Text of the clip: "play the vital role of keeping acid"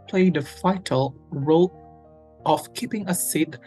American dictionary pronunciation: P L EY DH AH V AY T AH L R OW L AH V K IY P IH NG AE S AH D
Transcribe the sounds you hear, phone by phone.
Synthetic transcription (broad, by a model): P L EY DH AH F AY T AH L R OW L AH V K IY P IH NG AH S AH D